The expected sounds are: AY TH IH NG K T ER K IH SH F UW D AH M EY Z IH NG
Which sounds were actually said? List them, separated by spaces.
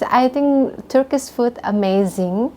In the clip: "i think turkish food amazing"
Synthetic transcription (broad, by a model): AY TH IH NG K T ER K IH S F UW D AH M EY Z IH NG